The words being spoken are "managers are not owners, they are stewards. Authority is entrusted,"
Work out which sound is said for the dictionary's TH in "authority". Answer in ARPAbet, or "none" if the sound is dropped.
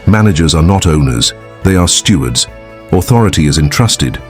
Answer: TH